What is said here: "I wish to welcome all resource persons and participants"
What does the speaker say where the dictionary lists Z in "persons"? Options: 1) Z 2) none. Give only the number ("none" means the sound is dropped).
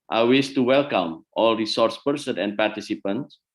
2